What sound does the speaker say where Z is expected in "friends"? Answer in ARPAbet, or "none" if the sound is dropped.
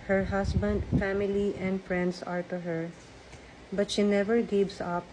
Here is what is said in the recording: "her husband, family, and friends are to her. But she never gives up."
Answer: S